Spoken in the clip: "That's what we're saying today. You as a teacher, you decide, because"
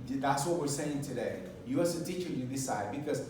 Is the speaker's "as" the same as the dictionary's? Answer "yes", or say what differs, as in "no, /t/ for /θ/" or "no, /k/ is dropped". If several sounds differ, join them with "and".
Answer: no, /s/ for /z/